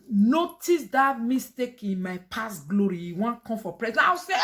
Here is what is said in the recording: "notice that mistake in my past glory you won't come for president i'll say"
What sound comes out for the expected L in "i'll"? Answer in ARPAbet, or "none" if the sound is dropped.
W